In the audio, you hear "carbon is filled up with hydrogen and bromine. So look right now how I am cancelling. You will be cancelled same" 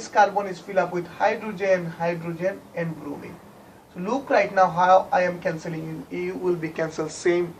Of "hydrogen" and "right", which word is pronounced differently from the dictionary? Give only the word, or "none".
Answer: none